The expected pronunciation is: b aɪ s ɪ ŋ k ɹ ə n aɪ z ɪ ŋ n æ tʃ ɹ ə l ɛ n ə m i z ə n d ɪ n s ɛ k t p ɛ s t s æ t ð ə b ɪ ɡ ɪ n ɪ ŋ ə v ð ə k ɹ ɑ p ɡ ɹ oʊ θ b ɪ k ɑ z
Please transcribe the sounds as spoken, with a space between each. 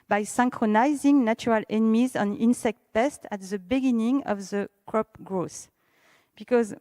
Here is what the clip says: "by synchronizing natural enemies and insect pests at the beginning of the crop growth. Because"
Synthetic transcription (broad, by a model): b aɪ s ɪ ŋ k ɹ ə n aɪ z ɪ ŋ n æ tʃ ɹ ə l ɛ n ə m i z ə n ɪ n s ɛ k t p ɛ s t æ t ð ə b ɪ ɡ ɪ n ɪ ŋ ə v ð ə k ɹ ɑ p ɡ ɹ oʊ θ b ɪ k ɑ z